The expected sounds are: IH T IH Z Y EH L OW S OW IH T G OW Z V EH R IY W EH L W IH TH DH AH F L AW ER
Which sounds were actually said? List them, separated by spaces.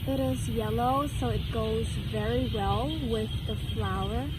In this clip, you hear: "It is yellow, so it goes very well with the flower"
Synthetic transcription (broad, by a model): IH T IH Z Y EH L OW S OW IH T G OW Z V EH R IY W EH L W IH DH AH F L AW ER